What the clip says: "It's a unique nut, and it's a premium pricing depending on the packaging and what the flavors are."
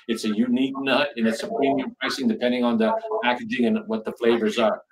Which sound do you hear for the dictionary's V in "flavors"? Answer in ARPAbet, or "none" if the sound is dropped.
V